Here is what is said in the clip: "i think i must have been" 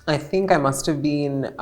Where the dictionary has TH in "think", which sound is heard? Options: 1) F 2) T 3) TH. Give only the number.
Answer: 3